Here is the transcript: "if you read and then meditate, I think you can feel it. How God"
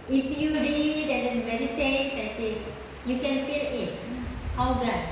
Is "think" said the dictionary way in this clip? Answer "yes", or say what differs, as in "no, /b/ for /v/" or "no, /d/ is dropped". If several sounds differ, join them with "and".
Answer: no, /s/ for /θ/